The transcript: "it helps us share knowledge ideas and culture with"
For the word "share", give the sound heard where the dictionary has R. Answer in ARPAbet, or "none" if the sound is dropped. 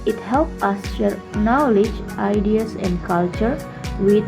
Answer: R